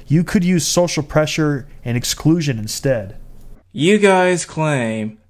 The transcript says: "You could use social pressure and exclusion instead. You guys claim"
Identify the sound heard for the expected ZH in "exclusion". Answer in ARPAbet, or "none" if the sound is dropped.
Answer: ZH